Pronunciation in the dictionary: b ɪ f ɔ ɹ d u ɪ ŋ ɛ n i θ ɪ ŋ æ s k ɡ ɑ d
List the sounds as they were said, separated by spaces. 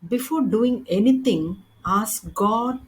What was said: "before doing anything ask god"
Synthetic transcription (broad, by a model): b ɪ f ɔ ɹ d u ɪ ŋ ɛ n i t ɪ ŋ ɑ s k ɡ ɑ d